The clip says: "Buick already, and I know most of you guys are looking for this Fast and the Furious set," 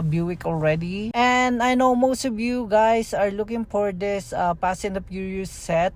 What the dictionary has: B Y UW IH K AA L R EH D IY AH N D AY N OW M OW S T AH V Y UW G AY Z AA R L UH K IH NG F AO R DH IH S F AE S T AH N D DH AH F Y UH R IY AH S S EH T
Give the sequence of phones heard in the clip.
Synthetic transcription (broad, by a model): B Y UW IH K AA L R EH D IY AH N D AY N OW M OW S T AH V Y UW G AY S AA R L UH K IH NG F AO R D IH S P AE S AH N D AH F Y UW R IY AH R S EH T